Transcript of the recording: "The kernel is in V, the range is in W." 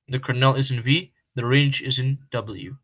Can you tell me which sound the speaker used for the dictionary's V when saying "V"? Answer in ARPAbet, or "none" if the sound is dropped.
V